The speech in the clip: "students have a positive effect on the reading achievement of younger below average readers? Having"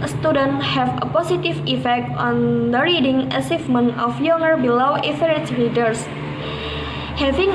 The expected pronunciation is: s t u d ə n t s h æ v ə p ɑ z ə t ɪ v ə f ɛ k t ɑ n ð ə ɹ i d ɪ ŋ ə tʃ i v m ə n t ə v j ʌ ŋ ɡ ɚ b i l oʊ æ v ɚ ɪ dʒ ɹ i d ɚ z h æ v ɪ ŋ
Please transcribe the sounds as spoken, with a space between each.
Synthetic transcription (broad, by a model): s t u d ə n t h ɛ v ə p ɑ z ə t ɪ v ə f ɛ k t ɑ n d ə ɹ i d ɪ ŋ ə s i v m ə n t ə f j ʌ ŋ ɡ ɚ b i l oʊ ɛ f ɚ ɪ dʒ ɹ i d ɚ s h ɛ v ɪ ŋ